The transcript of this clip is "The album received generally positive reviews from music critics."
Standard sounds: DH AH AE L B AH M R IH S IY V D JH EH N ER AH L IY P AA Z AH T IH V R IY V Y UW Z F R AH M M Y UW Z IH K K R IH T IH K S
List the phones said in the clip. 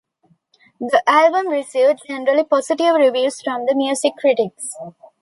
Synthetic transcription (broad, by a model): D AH AE L B AH M R IH S IY V D JH EH N ER AH L IY P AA S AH T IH V R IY V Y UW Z F R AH M M Y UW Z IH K K R IH T IH K S